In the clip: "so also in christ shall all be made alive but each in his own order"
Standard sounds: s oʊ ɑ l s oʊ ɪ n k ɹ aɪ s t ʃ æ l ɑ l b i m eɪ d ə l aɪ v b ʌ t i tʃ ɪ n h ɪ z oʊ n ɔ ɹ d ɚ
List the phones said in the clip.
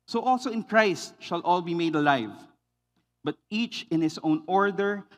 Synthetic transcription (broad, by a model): s oʊ ɑ l s oʊ ɪ n k ɹ aɪ s t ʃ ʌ l ɑ l b i m eɪ d ə l aɪ v b ʌ t i tʃ ɪ n h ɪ s oʊ n ɔ ɹ d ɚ